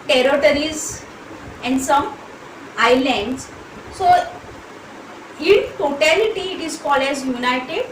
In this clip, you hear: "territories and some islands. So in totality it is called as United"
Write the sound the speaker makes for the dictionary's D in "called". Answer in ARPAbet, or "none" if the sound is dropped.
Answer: none